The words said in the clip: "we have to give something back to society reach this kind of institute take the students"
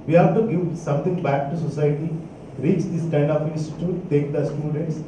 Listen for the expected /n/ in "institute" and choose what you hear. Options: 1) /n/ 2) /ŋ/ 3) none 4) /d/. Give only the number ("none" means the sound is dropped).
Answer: 3